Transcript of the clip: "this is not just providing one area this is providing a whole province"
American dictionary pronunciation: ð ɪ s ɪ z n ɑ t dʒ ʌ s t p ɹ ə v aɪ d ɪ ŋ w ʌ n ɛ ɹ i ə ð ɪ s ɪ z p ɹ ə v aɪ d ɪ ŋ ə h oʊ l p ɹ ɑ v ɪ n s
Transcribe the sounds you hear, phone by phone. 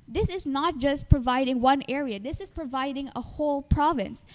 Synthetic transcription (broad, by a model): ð ɪ s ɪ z n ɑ t dʒ ʌ s t p ɹ ə v aɪ d ɪ ŋ w ʌ n ɛ ɹ i ə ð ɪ s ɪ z p ɹ ə v aɪ d ɪ ŋ ə h oʊ l p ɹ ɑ v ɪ n s